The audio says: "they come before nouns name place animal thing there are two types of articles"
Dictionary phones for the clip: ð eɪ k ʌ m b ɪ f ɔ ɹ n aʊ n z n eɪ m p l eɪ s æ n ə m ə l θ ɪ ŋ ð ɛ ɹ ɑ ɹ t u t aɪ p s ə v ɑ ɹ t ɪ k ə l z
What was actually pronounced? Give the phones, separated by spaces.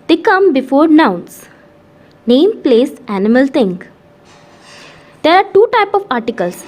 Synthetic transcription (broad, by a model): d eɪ k ʌ m b ɪ f ɔ ɹ n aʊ n s n eɪ m p l eɪ s æ n ə m ə l t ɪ ŋ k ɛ ɹ ɑ ɹ t u t aɪ p ə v ɑ ɹ t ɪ k ə l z